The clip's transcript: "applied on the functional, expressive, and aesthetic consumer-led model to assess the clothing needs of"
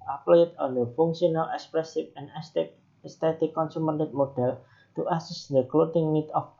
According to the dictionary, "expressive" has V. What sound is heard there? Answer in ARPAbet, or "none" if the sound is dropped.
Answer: F